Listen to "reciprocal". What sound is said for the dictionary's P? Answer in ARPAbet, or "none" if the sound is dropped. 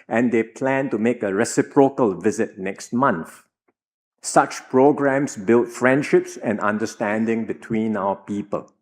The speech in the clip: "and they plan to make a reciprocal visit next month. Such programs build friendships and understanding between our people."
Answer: P